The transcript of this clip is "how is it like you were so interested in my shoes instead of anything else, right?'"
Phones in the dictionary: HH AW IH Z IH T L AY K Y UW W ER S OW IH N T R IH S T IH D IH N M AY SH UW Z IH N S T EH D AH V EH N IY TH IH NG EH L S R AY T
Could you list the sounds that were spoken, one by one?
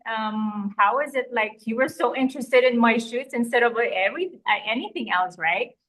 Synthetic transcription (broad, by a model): HH AW IH Z IH T L AY K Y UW W ER S OW IH N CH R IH S T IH D IH N M AY SH UW S IH N S T EH D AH V EH N IY TH IH NG EH L S R AY T